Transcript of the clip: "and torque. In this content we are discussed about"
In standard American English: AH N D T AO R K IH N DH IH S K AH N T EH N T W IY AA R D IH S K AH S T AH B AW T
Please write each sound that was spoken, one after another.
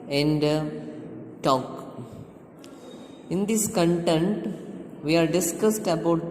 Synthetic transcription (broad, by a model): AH N D T AO K IH N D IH S K AH N T EH N T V IY AA R D IH S K AH S T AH B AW T